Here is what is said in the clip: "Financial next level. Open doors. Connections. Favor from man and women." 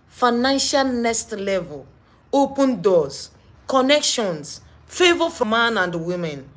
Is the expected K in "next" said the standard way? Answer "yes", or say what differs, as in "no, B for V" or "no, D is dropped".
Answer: no, K is dropped